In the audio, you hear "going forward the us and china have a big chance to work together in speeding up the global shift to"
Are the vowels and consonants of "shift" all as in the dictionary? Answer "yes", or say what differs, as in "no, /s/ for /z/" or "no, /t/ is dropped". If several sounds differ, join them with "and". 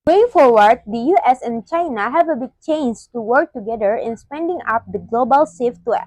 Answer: no, /s/ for /ʃ/